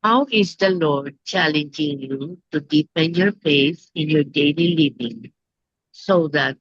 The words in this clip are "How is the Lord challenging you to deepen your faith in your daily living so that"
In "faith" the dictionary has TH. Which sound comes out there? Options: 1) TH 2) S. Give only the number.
2